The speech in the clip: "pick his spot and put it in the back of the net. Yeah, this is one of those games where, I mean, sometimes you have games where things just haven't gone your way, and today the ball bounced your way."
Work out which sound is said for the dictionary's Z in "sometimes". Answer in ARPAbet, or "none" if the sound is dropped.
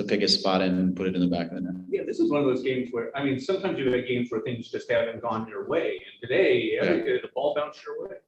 Z